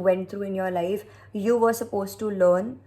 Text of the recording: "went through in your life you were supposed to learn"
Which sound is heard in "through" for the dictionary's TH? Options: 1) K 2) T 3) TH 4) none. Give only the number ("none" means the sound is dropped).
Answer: 2